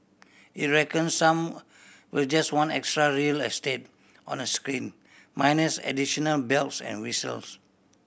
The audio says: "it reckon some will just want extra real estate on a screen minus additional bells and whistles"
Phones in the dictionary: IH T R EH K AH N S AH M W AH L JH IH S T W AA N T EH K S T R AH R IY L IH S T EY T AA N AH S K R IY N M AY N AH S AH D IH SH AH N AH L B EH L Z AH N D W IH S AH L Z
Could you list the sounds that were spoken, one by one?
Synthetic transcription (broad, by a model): IH T R EH K AH N S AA M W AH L JH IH S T W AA N EH K S T R AH R IY L IH S T EY T AA N AH S K R IY N M AY N AH S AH D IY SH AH N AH L B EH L S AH N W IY S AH L S